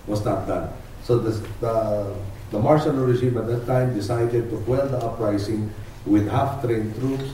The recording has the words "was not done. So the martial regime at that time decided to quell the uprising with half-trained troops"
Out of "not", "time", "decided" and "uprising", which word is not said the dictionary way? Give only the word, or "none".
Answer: uprising